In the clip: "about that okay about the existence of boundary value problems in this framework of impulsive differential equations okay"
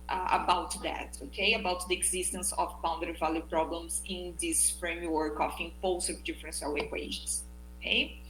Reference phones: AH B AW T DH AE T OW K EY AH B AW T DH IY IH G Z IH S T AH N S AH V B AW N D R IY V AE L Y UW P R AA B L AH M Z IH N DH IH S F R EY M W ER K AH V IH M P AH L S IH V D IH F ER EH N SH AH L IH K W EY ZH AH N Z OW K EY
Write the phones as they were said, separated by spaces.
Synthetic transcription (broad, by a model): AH B AW T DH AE T OW K EY AH B AW T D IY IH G Z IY S T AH N S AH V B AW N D IY V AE L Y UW P R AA B L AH M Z IH N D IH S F R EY M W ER K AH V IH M P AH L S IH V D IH F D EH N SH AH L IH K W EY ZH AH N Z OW K EY